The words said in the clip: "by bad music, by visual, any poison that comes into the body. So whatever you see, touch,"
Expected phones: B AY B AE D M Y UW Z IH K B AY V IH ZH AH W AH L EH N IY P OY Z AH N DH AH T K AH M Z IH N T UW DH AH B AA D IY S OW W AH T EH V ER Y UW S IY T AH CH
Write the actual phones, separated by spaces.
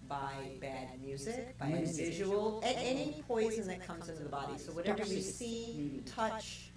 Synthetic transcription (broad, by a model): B AY B AE D M Y UW Z IH K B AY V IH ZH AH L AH N EH N IY P OY Z AH N DH AH T K AH M Z IH N T UW DH AH B AA D IY S OW W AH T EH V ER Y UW S IY T AH CH